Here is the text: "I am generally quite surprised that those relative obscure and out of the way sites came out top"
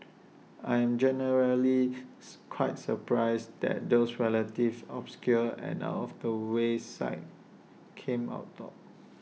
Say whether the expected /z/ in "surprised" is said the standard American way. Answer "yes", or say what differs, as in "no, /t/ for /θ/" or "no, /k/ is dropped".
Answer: no, /s/ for /z/